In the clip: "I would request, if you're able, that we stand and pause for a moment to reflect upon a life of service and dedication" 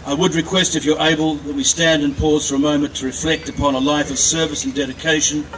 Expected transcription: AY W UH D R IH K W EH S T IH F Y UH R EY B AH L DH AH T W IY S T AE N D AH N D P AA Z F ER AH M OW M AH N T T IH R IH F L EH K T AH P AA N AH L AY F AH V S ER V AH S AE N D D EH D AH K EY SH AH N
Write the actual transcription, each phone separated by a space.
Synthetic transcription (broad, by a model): AY W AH D R IH K W EH S T IH F Y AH R EY B AH L DH AH T W IY S T AE N D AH N P AA Z F ER AH M OW M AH N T T IH R IH F L EH K T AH P AA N AH L AY F AH V S ER V AH S N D D EH D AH K EY SH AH N